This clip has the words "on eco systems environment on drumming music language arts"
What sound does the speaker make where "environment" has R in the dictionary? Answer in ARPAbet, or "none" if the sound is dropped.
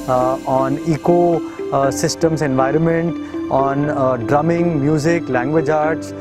R